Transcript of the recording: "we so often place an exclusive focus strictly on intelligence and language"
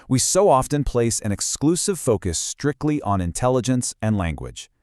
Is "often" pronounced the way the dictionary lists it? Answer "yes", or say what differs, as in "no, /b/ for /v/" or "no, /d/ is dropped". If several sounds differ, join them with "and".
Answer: yes